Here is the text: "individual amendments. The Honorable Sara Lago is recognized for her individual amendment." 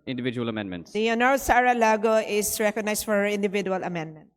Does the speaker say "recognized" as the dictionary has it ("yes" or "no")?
no